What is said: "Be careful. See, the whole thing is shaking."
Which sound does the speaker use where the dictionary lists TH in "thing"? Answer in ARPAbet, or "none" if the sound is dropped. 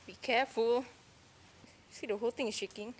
T